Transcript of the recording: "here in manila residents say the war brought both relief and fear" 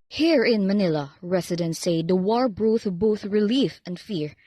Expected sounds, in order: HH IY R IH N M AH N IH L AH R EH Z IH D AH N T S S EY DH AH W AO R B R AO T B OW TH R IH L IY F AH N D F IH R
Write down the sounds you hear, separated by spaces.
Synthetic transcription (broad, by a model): HH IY R IH N M AH N IH L AH R EH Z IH D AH N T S S EY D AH W AO R B R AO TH B OW TH R IH L IY F AH N D F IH R